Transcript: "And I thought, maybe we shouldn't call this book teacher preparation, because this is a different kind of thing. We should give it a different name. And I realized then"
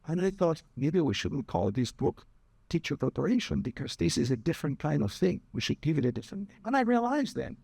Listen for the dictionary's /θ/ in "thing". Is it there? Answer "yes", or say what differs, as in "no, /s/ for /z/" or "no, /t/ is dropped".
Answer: yes